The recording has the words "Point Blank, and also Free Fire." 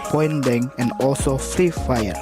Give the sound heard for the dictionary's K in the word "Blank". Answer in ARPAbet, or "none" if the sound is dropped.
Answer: none